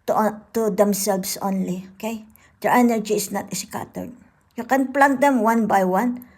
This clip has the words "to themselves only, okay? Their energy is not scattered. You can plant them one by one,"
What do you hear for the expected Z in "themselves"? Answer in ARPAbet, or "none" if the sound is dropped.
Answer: S